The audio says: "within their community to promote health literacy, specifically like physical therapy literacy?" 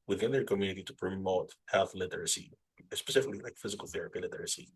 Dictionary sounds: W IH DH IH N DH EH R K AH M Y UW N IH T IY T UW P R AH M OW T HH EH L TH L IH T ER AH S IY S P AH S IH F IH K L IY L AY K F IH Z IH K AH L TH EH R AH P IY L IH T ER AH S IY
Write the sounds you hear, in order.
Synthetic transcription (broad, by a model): W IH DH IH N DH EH R K AH M Y UW N IH T IY T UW P R AH M OW T HH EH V L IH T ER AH S IY S P AH S IH F IH K L IY L AY K F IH Z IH K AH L TH EH R AH P IY L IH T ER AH S IY